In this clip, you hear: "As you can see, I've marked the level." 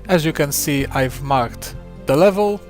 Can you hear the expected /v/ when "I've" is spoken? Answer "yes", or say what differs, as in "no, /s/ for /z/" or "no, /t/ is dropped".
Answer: yes